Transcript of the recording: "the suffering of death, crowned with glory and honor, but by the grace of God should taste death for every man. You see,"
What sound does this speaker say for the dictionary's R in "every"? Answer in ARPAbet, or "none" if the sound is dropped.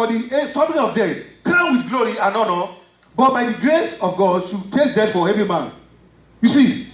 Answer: none